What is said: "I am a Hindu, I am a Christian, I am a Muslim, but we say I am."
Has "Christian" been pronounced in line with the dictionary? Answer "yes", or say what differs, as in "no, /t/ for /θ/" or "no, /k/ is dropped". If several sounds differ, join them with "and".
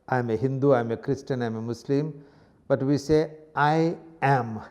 yes